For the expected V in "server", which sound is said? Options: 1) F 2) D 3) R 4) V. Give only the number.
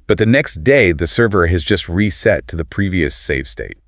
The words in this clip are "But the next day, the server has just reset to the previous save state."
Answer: 4